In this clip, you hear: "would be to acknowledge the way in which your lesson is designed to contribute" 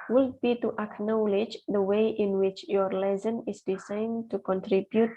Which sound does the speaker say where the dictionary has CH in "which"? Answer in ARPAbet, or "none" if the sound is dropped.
CH